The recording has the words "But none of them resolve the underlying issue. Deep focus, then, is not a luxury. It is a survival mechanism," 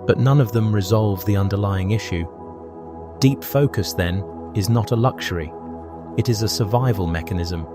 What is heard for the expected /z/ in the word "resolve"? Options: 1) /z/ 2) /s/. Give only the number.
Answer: 1